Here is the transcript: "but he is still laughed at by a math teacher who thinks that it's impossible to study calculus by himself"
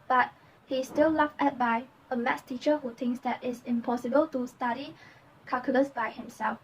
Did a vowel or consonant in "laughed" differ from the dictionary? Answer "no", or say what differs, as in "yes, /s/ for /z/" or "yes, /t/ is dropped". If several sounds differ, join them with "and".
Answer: yes, /t/ is dropped